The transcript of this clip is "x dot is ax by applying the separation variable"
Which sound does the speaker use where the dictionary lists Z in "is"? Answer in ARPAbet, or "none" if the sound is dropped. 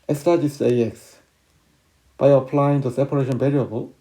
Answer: S